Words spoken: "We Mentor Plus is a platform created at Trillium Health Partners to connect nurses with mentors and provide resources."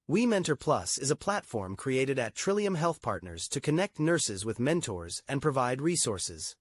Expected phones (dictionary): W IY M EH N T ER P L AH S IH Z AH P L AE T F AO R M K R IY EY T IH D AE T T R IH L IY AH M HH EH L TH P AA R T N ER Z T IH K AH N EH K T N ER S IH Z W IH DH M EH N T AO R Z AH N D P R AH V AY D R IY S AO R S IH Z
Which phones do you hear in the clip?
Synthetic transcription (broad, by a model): W IY M EH N T ER P L AH S IH Z AH P L AE T F AO R M K R IY EY T IH D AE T T R IH L IY AH M HH EH L TH P AA R T N ER Z T IH K AH N EH K T N ER S IH Z W IH DH M EH N T AO R Z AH N P R AH V AY D R IY S AO R S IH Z